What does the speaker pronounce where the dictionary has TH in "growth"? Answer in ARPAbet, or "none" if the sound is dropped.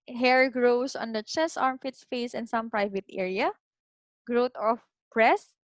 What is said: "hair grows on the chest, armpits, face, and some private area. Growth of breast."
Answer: T